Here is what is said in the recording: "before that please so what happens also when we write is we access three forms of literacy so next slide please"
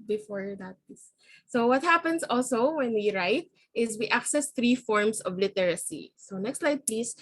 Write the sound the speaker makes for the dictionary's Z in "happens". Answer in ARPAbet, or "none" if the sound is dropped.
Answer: S